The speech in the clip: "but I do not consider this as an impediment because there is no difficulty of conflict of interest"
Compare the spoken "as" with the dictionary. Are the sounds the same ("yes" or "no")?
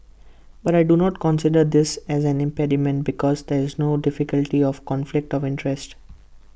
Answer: yes